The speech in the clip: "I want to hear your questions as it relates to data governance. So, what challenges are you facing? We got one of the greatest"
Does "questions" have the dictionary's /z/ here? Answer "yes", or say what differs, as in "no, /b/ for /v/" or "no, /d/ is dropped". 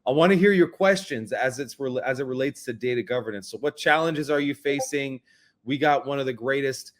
yes